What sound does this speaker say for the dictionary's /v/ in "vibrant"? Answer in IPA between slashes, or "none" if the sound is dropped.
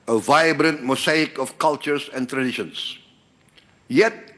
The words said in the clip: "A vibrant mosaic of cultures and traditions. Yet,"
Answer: /v/